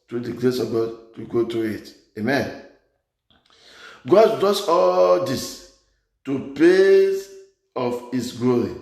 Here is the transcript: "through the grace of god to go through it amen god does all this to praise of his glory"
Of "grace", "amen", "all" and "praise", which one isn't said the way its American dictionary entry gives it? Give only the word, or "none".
praise